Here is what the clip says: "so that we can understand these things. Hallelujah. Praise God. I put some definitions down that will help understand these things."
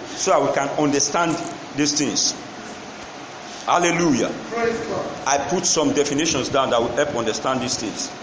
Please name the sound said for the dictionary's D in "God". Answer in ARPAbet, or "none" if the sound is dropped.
none